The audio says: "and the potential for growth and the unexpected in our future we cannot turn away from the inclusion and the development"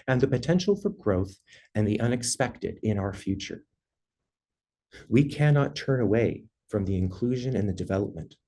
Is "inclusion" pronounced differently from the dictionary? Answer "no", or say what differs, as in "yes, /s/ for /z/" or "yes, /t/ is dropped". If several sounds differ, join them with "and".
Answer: no